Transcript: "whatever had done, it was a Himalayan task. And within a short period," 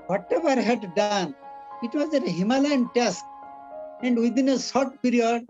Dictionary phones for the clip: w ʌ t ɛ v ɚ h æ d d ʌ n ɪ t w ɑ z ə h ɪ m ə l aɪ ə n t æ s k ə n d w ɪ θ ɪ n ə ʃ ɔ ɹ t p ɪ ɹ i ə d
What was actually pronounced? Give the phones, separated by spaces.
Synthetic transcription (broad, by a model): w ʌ t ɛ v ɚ h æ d d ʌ n ɪ t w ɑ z ə h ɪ m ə l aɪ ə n t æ s k ə n d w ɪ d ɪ n ə s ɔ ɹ t p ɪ ɹ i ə d